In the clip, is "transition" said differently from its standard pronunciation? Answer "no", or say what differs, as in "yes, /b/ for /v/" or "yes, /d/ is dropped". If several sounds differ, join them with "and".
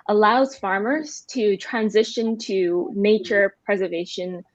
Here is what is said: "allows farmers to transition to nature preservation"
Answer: no